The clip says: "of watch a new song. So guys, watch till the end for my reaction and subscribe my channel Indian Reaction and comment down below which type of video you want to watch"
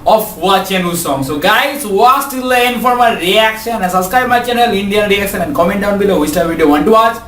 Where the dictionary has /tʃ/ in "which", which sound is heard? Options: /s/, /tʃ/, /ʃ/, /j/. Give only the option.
/s/